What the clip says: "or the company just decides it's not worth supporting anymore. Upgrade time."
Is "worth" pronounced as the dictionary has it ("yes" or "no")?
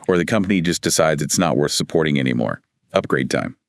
yes